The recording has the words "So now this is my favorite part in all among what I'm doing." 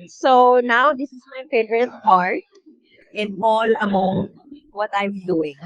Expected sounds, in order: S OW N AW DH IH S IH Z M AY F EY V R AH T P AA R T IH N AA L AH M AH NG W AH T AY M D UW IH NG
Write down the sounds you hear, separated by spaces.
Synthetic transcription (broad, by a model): S OW N AW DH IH S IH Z M AY P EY R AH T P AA R T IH N AA L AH M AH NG W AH T AY M D UW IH NG